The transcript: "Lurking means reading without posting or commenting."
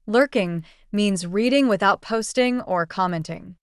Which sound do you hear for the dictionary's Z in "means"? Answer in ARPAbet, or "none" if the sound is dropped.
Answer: Z